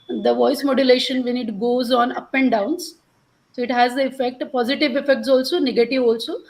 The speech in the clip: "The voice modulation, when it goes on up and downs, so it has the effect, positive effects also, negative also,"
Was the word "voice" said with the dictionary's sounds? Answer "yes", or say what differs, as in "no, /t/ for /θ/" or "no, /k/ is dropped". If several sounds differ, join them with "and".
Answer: yes